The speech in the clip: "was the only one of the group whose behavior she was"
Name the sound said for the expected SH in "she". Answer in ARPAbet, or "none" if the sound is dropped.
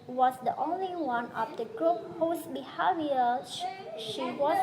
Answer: SH